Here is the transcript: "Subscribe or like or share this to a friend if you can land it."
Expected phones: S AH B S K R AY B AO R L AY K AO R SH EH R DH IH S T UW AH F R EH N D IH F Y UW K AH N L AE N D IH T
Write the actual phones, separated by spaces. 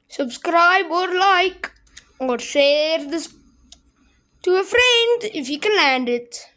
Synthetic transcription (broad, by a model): S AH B S K R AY B AO R L AY K AO R S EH R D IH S T UW AH F R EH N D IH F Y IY K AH L AE N D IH T